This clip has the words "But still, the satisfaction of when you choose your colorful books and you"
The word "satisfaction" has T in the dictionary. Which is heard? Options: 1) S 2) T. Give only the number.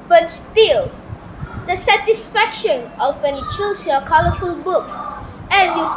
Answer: 2